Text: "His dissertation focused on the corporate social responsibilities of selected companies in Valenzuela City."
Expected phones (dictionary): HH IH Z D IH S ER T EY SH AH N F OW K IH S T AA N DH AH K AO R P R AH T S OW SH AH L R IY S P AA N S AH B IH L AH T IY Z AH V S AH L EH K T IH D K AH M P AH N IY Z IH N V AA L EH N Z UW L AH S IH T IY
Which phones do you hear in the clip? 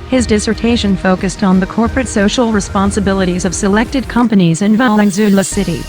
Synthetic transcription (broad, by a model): HH IH Z D IH S ER T EY SH AH N F OW K IH S T N DH AH K AO R P R AH T S OW SH L R IY S P AA N S AH B IH L AH T IY Z AH V S AH L EH K T IH D K AH M P AH N IY Z IH N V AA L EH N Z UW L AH S IH T IY